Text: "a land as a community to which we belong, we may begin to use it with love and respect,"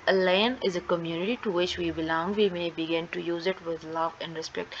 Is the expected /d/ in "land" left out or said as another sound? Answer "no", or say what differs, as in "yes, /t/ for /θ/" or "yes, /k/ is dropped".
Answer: yes, /d/ is dropped